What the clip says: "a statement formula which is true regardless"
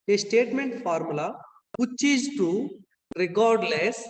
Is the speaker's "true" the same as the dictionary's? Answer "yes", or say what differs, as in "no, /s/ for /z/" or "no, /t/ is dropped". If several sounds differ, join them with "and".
no, /ɹ/ is dropped